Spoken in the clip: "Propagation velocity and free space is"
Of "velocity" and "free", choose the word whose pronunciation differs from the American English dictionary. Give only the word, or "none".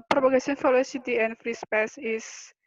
velocity